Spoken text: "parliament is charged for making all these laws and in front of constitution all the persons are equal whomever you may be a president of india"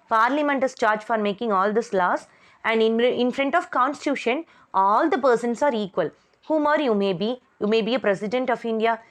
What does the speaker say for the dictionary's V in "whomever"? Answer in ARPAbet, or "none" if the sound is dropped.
B